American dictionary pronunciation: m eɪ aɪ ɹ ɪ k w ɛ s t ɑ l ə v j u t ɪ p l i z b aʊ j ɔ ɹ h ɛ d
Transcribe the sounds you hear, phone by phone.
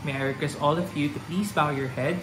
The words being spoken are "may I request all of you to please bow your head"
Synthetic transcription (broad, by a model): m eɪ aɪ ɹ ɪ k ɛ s ɑ l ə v j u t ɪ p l i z b aʊ j ɔ ɹ h ɛ d